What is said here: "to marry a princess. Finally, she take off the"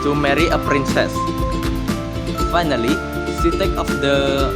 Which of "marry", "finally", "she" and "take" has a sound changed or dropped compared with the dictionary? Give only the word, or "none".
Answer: she